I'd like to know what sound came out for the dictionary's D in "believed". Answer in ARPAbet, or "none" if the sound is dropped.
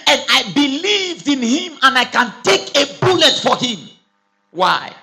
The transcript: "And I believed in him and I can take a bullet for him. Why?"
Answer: D